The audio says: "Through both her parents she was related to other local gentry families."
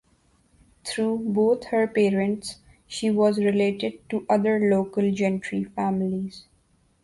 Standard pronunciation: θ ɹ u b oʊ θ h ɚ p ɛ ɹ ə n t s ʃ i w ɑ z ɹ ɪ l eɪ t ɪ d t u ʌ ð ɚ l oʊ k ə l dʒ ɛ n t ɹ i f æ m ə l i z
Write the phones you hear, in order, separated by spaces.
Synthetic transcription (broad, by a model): t ɹ u b oʊ t h ɚ p ɛ ɹ ə n t s ʃ i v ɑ z ɹ ɪ l eɪ t ɪ d t u ʌ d ɚ l oʊ k ə l dʒ ɛ n t ɹ i f æ m ə l i z